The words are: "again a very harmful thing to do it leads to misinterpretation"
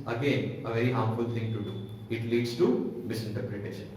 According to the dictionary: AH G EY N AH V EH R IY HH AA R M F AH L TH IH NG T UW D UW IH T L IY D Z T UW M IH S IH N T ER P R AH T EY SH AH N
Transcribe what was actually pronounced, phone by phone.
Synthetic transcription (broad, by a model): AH G EY N AH V EH R IY HH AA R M F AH L T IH NG T UW D UW IH T L IY D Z T UW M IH S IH N T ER P R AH T EY SH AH N